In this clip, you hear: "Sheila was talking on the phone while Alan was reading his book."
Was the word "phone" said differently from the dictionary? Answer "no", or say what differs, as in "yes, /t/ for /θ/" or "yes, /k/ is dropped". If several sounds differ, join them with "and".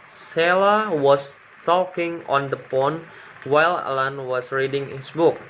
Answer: yes, /p/ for /f/